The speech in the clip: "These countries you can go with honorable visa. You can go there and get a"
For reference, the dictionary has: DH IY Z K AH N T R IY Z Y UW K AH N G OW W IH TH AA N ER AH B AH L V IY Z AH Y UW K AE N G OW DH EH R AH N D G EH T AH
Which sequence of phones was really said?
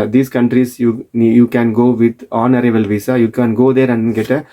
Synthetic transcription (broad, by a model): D IY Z K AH N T R IY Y Y UW K AH N G OW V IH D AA N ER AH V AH L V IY S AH Y UW K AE N G OW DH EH R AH N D G EH T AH